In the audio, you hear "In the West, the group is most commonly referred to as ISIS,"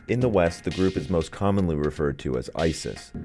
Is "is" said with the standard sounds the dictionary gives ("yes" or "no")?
yes